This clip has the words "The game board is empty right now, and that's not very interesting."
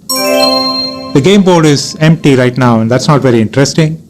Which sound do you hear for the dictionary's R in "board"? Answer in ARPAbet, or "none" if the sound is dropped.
L